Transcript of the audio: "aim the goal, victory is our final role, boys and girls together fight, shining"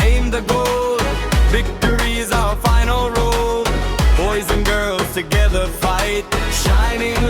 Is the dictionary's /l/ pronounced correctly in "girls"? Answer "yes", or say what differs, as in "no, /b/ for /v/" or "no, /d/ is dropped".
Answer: yes